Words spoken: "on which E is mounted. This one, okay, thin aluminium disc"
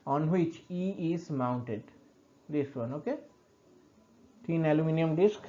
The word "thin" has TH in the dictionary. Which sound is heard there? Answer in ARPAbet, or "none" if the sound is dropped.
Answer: T